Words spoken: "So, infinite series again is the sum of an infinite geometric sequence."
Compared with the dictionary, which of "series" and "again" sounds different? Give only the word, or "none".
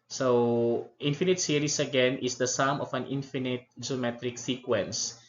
series